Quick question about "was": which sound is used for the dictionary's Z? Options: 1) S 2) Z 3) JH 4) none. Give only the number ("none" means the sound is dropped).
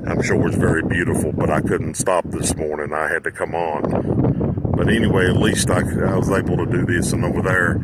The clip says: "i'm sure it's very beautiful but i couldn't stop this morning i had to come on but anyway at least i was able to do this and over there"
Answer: 2